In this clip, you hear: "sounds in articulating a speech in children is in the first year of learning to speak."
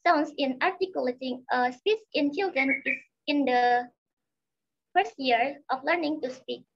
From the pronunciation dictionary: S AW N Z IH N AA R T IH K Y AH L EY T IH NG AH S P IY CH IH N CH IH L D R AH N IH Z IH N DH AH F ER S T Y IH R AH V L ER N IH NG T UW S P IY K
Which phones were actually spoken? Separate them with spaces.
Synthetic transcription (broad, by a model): S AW N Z IH N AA R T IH K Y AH L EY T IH NG AH S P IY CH IH N CH IH L D R AH N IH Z IH N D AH F ER S T Y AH R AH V L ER N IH NG T UW S P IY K